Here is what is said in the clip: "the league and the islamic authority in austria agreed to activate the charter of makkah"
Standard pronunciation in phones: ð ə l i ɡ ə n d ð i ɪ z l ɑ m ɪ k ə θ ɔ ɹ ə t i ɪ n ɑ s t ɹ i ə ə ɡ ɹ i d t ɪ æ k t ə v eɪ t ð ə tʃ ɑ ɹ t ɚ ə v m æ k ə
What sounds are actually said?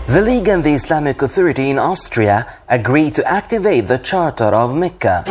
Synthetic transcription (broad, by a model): ð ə l i ɡ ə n ð i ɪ s l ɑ m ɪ k ə θ ɔ ɹ ə t i ɪ n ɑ s t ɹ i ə ə ɡ ɹ i d t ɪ æ k t ə v eɪ t ð ə tʃ ɑ ɹ t ɚ ə v m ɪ k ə